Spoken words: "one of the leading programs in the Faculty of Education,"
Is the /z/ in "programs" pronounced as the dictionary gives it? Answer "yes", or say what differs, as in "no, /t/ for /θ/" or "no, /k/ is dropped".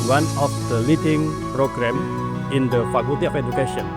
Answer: no, /z/ is dropped